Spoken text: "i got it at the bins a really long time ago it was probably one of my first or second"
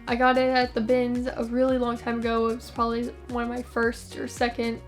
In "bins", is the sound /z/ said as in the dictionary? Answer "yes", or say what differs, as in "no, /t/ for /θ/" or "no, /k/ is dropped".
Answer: yes